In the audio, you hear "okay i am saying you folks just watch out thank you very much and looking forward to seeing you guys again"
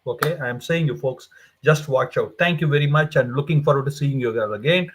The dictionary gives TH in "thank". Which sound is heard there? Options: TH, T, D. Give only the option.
T